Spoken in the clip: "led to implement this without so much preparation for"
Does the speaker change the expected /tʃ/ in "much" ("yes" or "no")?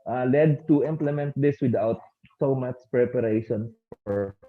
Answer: yes